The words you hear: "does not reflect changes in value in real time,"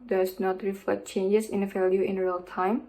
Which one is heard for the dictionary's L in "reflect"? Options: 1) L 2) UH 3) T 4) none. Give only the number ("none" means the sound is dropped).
4